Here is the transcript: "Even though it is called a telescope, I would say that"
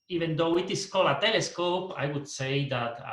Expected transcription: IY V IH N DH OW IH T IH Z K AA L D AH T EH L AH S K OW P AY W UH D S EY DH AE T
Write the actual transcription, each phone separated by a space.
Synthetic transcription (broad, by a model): IY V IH N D OW IH T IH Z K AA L AH T EH L AH S K OW P AY W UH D S EY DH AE T